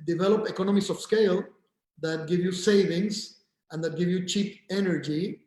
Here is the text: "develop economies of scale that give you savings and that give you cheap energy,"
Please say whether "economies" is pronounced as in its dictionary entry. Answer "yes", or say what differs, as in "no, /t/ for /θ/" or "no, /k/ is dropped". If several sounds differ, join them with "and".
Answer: no, /s/ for /z/